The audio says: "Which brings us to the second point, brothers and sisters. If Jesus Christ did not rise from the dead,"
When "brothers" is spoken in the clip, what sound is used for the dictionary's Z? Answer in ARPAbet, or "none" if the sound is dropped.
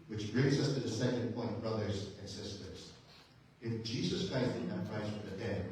Z